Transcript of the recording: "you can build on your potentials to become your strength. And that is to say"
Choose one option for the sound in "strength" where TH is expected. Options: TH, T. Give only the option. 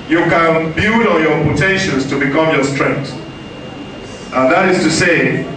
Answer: T